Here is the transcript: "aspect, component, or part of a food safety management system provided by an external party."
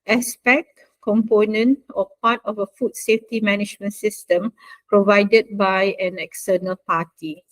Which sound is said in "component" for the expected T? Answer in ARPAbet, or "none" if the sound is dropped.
T